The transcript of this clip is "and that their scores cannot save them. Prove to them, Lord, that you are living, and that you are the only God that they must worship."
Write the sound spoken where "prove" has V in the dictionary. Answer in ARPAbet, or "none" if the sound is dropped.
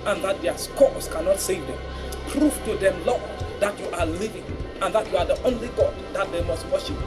F